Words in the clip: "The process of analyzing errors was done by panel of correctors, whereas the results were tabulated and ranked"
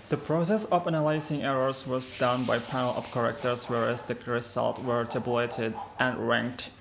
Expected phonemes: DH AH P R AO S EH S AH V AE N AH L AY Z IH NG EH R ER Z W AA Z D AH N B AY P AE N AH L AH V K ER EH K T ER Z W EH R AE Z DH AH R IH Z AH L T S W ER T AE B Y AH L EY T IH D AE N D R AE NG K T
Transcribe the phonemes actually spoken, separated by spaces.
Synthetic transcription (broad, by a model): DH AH P R AO S EH S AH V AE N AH L AY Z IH NG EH R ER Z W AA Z D AH N B AY P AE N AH L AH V K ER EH K T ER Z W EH R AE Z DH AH R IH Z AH L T W ER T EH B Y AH L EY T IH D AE N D R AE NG K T